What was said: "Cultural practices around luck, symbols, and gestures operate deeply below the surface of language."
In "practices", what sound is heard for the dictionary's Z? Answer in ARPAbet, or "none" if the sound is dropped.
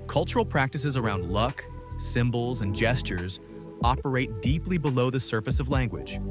Z